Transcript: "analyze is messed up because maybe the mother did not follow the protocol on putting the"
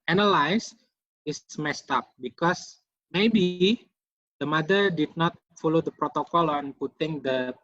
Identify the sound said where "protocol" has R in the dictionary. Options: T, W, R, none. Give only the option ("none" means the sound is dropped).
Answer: R